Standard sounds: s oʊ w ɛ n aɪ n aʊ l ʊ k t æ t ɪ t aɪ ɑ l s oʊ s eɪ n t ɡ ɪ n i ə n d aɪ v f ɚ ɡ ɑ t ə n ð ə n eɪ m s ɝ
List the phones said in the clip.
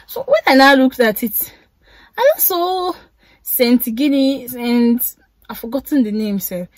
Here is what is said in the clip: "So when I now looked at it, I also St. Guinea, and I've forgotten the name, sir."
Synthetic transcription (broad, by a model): s oʊ w ɛ n aɪ n aʊ l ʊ k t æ t ɪ t aɪ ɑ s oʊ s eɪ n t ɡ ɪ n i ə n d aɪ f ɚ ɡ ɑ t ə n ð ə n eɪ m s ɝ